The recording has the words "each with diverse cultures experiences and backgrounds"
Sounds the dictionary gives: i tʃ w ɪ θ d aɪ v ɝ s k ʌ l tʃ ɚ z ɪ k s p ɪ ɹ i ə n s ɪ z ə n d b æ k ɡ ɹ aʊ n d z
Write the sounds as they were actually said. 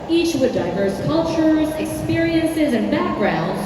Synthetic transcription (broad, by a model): i tʃ w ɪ d aɪ v ɝ s k ʌ l tʃ ɚ z ɪ k s p ɪ ɹ i ə n s ɪ z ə n b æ k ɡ ɹ aʊ n d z